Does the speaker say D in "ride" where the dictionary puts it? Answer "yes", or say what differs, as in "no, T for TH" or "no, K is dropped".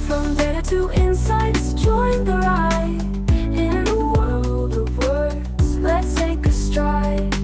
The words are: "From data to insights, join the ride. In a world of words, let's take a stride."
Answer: no, D is dropped